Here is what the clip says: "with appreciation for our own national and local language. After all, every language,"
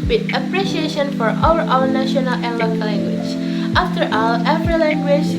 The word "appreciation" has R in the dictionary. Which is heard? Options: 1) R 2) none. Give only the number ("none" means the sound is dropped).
1